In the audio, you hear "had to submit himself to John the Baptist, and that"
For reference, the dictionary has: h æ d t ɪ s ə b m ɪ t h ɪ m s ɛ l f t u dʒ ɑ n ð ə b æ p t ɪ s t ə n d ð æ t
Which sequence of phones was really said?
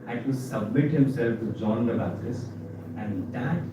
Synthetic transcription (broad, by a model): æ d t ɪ s ə b m ɪ t h ɪ m s ɛ l f t u dʒ ɑ n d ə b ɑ t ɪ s ə n d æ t